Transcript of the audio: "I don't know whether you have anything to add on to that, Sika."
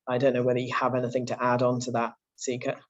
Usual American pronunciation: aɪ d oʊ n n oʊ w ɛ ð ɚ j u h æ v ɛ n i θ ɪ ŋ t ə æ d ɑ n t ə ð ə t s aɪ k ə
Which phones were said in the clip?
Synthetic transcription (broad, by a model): aɪ d oʊ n n oʊ w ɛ ð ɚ j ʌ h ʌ v ɛ n i θ ɪ ŋ t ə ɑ d n t ə ð ə t s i k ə